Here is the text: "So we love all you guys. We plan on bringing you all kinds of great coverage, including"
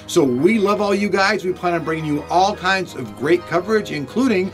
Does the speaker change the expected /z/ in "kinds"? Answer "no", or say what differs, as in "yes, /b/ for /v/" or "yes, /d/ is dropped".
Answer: no